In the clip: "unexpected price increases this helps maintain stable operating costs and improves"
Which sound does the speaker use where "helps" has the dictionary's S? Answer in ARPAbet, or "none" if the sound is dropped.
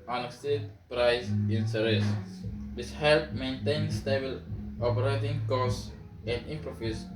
none